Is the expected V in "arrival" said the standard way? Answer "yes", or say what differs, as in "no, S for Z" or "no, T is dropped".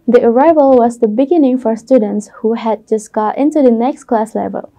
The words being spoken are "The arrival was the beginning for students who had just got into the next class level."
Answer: yes